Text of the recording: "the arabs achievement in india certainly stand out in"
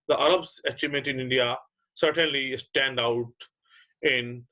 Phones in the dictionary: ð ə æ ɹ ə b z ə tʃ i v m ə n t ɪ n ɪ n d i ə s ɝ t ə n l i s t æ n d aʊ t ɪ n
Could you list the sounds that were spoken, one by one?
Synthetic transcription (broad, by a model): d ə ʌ ɹ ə b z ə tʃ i m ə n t ɪ n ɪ n d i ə s ɝ t ə n l i s t æ n d aʊ t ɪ n